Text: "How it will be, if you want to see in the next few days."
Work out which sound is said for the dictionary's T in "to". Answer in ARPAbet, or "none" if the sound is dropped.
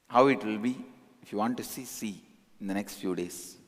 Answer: S